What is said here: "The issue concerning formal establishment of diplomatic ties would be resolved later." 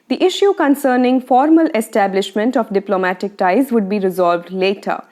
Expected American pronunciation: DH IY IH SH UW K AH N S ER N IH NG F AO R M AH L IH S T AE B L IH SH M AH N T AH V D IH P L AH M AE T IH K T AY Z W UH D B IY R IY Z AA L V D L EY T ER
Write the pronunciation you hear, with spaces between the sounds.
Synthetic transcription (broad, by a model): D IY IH SH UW K AH N S ER N IH NG F AO R M AH L IH S T AE B L IH SH M AH N T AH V D IH P L AH M AE T IH K T AY Z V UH D B IY R IY Z AA L V D L EY T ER